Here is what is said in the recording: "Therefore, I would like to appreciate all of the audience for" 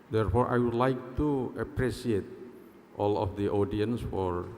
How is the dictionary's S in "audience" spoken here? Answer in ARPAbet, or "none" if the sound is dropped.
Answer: S